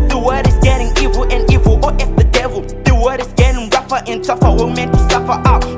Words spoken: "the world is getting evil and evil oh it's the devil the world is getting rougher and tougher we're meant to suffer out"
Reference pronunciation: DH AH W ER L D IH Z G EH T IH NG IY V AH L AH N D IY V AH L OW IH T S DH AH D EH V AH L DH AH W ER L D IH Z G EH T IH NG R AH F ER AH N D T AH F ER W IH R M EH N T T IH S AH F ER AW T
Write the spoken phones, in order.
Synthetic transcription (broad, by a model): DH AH W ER D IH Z G EH T IH NG IY V AH L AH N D IY V AH L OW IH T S DH AH D EH V AH L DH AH W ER D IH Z G EH T IH NG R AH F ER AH N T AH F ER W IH L M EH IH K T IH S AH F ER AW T